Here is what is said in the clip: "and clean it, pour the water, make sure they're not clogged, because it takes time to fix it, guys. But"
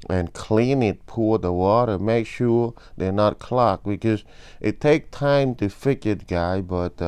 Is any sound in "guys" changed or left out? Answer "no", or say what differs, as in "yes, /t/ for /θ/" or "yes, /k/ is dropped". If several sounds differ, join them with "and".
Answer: yes, /z/ is dropped